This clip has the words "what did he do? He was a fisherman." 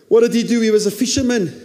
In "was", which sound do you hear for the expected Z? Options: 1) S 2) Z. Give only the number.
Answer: 2